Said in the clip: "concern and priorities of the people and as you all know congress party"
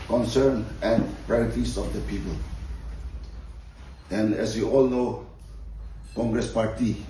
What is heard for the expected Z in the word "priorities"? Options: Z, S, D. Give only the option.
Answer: S